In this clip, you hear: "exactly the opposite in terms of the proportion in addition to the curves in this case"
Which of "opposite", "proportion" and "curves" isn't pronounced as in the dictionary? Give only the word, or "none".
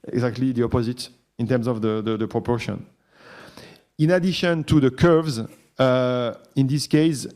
none